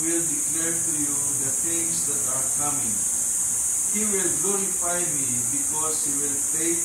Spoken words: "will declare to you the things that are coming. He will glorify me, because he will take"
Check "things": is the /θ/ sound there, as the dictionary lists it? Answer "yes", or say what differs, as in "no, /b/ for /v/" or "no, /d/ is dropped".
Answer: no, /t/ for /θ/